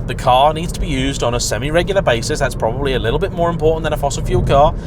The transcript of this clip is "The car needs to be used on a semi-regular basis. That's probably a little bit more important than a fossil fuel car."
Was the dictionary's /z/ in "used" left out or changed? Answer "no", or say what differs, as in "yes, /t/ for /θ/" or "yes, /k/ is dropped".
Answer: no